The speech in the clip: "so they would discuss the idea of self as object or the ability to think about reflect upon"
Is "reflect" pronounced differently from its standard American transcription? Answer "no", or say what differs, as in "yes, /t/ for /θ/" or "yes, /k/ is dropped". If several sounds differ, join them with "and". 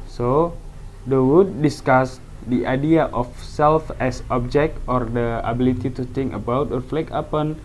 yes, /t/ is dropped